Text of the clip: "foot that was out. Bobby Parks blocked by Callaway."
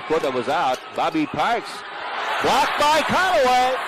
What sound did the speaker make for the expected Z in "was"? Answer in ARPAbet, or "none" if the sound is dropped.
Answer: Z